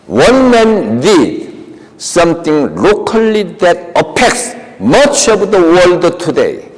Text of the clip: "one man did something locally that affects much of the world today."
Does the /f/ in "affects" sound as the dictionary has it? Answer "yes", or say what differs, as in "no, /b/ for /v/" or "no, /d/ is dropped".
no, /p/ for /f/